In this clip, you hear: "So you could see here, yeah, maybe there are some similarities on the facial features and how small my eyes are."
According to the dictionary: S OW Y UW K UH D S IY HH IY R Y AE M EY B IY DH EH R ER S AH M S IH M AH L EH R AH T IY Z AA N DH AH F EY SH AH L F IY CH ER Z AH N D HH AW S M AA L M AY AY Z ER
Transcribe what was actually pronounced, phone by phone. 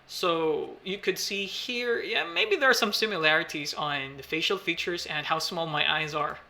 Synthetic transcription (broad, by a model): S OW Y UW K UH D S IY HH IY R Y AE M EY B IY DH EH R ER S AH M S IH M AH L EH R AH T IY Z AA N DH AH F EY SH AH L F IY CH ER Z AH N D HH AW S M AA L M AY AY Z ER